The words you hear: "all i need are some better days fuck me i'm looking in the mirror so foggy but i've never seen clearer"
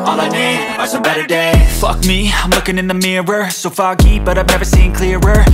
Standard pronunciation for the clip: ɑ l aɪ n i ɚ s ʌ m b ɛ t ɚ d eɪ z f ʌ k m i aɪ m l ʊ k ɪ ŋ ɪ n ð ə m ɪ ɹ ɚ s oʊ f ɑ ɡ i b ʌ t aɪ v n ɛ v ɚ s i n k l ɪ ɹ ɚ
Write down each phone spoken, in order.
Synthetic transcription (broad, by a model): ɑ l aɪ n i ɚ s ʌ b ɛ t ɚ d eɪ f ʌ k m i aɪ m l ʊ k ɪ ŋ ɪ n ð ə m ɪ ɹ ɚ s oʊ f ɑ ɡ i b ʌ t aɪ v n ɛ v ɚ s i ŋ k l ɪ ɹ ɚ